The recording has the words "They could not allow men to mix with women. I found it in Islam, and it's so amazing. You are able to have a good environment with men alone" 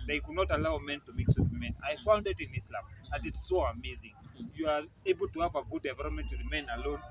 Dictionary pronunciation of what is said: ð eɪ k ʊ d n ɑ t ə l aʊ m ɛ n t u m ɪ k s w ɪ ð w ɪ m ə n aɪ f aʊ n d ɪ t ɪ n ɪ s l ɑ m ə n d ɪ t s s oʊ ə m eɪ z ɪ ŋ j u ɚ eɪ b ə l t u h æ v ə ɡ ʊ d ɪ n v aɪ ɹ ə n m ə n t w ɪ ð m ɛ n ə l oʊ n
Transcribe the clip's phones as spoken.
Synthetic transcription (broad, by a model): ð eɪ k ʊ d n ɑ t ə l aʊ m ɛ n t u m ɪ k s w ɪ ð m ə n aɪ f aʊ n d ɪ t ɪ n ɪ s l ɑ m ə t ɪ t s s oʊ ə m eɪ z ɪ ŋ j u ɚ eɪ b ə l t u h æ v ə ɡ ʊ d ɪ v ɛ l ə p m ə n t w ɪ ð m ɛ n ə l oʊ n